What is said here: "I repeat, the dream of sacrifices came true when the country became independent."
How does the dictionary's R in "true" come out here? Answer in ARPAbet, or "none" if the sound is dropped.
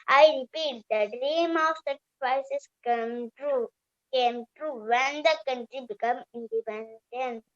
R